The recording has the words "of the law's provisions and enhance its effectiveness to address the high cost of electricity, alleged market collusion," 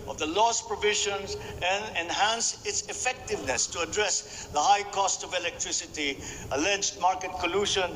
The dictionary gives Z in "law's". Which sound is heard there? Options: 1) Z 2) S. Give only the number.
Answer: 2